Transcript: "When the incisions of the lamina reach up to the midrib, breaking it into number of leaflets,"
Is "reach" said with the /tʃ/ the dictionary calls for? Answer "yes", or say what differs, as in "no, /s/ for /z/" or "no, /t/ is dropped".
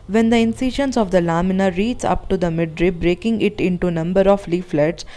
no, /s/ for /tʃ/